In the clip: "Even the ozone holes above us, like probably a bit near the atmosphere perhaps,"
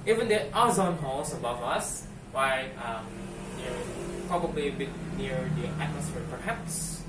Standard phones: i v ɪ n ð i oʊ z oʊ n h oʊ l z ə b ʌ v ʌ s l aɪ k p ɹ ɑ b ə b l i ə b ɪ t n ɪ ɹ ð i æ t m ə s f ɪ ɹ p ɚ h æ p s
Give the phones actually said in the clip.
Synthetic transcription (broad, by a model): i v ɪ n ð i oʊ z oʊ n h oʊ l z ə b ʌ v ʌ s w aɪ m p ɹ ɑ b ə b l i ə b ɪ t n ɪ ɹ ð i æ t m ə s f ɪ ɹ p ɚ h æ p s